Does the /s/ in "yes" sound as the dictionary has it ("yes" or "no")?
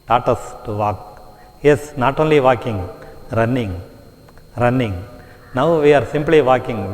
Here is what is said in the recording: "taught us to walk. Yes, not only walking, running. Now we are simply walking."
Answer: yes